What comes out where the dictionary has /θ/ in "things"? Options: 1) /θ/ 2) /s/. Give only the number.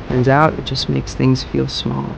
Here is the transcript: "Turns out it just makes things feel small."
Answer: 1